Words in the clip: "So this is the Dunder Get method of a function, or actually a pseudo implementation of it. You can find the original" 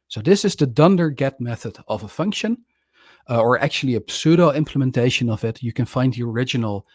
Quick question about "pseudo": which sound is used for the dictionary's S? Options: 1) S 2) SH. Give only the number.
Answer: 1